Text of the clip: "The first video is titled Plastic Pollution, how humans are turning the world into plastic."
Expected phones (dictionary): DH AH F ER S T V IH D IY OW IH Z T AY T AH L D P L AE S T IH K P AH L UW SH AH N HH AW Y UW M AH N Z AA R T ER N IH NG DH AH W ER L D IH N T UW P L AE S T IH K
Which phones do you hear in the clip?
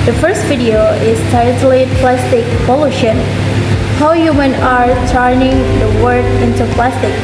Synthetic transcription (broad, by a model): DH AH F ER S T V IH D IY OW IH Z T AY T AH L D P L AE S T IH K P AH L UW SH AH N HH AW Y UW M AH N AA R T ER N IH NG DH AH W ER D IH N T UW P L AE S T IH K